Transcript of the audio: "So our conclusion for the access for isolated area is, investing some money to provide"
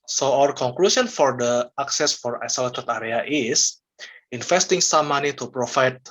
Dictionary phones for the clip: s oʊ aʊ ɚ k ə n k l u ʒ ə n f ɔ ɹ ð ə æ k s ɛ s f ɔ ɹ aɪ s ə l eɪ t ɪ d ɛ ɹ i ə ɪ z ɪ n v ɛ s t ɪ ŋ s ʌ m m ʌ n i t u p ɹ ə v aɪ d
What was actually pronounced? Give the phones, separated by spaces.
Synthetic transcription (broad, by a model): s oʊ aʊ ɚ k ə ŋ k l u s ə n f ɔ ɹ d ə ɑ k s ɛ s f ɔ ɹ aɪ s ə l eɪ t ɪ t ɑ ɹ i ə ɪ s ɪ n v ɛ s t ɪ ŋ s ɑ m m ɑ n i t u p ɹ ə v aɪ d